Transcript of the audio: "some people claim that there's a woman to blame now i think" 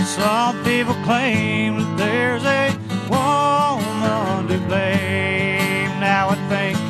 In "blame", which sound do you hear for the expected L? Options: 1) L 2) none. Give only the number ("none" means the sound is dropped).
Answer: 2